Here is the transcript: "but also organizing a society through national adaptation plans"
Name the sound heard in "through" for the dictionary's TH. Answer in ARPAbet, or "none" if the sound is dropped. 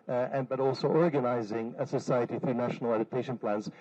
TH